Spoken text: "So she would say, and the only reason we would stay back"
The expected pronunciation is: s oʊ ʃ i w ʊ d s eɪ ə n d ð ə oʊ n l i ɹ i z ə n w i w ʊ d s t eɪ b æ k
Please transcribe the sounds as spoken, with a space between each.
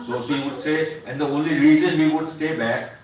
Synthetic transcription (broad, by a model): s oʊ s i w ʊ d s eɪ ə n d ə oʊ n l i ɹ i z ə n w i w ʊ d s t eɪ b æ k